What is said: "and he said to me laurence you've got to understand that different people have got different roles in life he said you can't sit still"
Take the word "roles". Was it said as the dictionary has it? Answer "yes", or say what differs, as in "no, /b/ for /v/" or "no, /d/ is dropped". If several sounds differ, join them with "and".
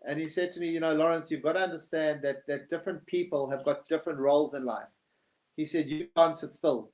yes